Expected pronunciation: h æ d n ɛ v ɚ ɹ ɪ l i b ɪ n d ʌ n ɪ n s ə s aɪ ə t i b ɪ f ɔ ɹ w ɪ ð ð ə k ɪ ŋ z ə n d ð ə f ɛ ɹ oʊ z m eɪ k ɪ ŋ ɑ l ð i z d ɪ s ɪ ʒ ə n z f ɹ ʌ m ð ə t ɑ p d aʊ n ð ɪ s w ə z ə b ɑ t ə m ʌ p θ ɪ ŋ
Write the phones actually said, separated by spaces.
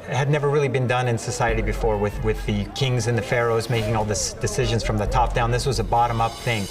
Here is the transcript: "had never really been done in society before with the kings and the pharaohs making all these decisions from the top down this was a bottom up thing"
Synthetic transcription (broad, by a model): h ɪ d n ɛ v ɚ ɹ ɪ l i b ɪ n d ʌ n ɪ n s ə s aɪ ə t i b ɪ f ɔ ɹ w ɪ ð ð ə k ɪ ŋ z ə n ð ə f ɛ ɹ oʊ z m eɪ k ɪ ŋ ɑ l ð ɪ s d ɪ s ɪ ʒ ə n z f ɹ ʌ m ð ə t ɑ p d aʊ n ð ɪ s w ə z ə b ɑ t ə m ʌ p θ ɪ ŋ